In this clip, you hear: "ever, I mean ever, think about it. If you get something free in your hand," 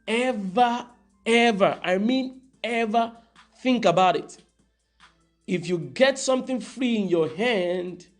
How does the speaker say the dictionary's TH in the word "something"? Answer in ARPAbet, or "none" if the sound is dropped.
TH